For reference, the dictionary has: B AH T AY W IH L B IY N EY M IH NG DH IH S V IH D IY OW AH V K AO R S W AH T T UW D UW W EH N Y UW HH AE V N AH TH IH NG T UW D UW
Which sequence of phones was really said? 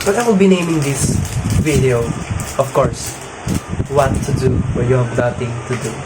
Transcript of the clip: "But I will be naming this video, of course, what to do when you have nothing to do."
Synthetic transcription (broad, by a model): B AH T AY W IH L B IY N EY M IH NG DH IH S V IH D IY OW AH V K AO R S W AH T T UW D UW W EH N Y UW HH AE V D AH T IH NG T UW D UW